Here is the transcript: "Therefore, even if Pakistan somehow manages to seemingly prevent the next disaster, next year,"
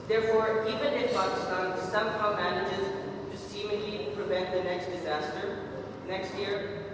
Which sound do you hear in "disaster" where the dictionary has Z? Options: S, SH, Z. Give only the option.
Z